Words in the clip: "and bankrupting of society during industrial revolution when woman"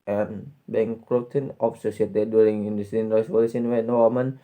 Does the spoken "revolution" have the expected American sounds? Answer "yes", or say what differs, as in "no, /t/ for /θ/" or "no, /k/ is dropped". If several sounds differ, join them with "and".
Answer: no, /s/ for /ʃ/